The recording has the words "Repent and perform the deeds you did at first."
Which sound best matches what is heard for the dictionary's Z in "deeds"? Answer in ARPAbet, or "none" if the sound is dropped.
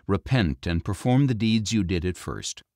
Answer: Z